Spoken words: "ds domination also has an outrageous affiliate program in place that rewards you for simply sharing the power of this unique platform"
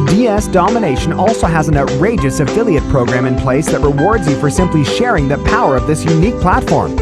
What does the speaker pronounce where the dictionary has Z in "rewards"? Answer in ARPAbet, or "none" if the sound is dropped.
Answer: Z